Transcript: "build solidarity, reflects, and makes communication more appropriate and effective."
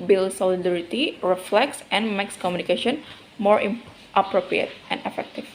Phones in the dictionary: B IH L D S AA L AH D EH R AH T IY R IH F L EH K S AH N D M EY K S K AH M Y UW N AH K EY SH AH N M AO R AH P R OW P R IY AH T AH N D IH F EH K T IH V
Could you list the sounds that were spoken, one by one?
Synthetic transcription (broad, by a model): B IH L S AA L AH D EH R AH T IY R IH F L EH K S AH N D M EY K S K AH M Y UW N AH K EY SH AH N M AO R AH P R OW P R IY AH T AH N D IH F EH K T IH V